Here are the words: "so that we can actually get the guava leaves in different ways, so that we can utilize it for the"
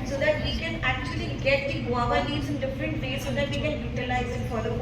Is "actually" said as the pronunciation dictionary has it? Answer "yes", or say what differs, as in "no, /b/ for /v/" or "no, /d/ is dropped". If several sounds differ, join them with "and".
yes